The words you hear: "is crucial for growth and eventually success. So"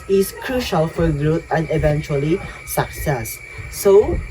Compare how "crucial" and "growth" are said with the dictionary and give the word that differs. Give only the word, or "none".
growth